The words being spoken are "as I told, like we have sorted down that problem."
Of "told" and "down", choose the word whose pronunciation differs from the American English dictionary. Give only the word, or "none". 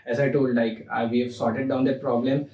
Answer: none